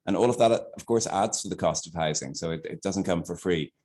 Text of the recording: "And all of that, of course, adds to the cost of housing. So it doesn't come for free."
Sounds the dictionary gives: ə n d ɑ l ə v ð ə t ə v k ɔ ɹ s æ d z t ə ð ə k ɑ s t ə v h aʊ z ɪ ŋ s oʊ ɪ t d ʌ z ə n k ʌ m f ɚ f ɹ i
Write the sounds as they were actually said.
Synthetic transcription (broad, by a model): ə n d ɑ l ə v ð ə t ə v k ɔ ɹ s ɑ d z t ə ð ə k ɑ s t ə v h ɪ z ɪ ŋ s oʊ ɪ t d ʌ z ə n k ʌ m f ɚ f ɹ i